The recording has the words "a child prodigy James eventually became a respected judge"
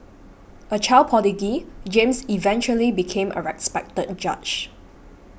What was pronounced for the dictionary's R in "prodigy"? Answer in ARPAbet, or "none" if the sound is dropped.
none